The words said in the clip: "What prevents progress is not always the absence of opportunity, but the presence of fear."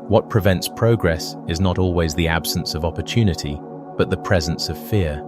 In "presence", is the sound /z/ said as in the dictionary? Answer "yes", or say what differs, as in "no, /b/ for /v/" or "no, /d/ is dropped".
yes